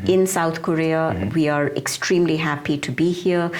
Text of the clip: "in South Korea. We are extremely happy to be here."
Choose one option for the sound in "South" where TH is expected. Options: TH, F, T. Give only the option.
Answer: T